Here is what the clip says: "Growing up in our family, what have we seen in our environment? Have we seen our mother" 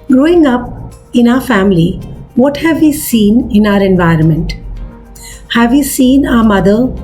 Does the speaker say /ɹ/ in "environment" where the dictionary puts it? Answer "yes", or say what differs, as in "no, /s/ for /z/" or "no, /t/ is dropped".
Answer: yes